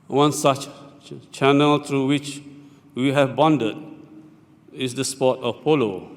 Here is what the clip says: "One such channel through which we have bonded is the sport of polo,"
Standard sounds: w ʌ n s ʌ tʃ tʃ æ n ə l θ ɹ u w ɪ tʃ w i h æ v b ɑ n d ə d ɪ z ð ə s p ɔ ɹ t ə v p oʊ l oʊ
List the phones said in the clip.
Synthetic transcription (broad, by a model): w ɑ n s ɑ tʃ tʃ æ n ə l t ɹ u w ɪ tʃ w i h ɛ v b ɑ n d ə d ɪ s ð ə s p ɔ t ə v p oʊ l oʊ